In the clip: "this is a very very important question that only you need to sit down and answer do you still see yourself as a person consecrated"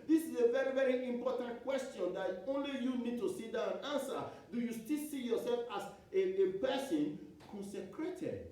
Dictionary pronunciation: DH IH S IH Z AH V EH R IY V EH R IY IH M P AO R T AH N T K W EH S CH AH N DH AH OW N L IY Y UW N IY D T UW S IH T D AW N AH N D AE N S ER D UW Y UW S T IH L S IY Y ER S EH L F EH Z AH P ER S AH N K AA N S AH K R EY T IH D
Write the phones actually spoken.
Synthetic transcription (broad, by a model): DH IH S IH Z AH V EH R IY V EH R IY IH M P AO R T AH N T K W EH S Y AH N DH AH OW N L IY Y UW N IY D T UW S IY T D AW AH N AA N S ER D UW Y UW S T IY L S IY Y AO S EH L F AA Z AH P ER S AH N K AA N S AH K R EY T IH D